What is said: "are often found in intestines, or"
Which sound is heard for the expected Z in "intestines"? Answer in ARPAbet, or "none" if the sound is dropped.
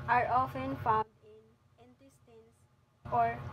S